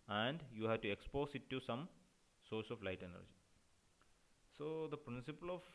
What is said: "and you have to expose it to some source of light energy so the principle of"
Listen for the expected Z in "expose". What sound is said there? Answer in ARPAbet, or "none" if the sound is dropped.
S